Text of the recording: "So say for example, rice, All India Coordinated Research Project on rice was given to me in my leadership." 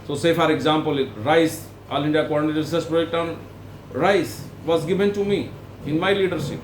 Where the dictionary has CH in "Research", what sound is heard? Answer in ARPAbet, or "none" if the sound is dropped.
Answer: S